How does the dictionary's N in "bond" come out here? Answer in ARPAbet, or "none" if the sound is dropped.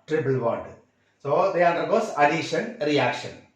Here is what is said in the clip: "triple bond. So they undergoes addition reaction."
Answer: L